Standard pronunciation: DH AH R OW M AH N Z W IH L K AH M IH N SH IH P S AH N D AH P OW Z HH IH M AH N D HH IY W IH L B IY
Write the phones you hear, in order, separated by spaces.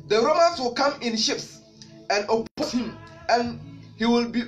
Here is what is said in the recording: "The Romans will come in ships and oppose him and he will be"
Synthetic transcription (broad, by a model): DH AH R OW M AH N S W IH L K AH M IH N SH IH P S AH N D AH P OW S HH IH M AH N HH IY W IH L B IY